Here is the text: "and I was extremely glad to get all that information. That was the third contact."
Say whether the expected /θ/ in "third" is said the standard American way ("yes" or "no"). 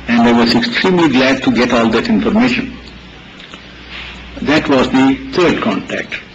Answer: no